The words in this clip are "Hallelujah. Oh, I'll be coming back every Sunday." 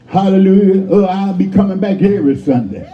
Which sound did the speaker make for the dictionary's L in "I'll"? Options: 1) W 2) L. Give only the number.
2